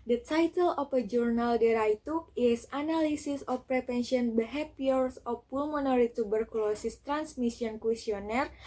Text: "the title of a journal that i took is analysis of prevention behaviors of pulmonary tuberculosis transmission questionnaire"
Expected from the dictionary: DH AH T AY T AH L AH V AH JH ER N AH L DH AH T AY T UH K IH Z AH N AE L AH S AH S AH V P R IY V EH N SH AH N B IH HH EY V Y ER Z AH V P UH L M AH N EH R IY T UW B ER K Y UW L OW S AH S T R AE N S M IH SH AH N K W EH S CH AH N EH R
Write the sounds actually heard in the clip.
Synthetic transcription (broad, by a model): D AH T AY T AH L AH F AH JH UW N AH L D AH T AY T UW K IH S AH N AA L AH S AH S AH F P R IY P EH N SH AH N B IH HH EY P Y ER S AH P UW L M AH N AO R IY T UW B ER K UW L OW S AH S T R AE N S M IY S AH N K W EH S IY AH N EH R